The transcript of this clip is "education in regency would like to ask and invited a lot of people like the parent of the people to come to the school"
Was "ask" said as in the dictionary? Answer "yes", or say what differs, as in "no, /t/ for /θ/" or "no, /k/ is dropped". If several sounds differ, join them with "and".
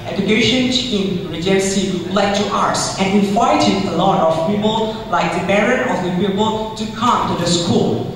no, /k/ is dropped